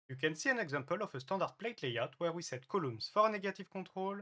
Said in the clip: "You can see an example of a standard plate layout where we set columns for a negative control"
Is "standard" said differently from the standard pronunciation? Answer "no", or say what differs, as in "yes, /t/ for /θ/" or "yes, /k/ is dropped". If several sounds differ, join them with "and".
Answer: yes, /n/ is dropped